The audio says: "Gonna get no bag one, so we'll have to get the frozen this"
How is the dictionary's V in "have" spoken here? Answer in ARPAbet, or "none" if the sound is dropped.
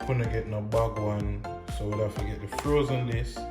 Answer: F